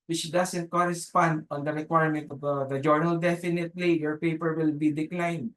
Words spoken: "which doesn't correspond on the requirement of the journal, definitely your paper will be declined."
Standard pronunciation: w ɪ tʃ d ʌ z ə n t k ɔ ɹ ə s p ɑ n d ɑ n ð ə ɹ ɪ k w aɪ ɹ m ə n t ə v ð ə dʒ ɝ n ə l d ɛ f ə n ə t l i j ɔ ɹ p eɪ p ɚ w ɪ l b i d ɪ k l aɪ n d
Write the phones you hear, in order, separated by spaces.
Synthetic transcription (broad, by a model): w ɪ tʃ d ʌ s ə n t k ɔ ɹ ə s p ɑ n d ɑ n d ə ɹ ɪ k w aɪ ɹ m ə n t ə v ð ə dʒ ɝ n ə l d ɛ f ə n ə t l i j ɔ ɹ p eɪ p ɚ w ɪ l b i d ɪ k l aɪ n d